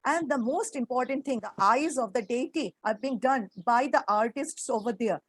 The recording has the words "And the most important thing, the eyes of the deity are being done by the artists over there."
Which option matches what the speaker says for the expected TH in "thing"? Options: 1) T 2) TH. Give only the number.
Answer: 1